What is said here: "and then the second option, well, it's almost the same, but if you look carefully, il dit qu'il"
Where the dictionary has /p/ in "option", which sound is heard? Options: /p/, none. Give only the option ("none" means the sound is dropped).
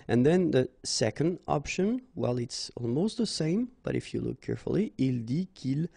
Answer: /p/